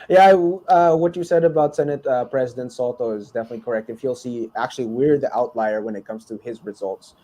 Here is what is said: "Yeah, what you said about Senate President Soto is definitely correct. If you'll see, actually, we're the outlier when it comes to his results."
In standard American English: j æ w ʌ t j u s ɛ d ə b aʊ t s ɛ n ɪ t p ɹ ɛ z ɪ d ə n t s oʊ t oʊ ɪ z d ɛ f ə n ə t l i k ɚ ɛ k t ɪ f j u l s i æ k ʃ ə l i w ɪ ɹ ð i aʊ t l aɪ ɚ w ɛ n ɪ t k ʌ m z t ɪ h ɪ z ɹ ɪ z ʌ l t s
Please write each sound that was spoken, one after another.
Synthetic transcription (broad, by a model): j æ w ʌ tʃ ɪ s ɛ d ə b aʊ t s ɛ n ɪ t p ɹ ɛ z ɪ d ə n t s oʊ t oʊ ɪ z d ɛ f ə n ə t l i k ɚ ɛ k t ɪ f j u l s i æ k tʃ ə l i w ɪ ɹ ð i aʊ t l aɪ ɚ w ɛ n ɪ t k ʌ m z t ɪ ɪ z ɹ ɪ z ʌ l t s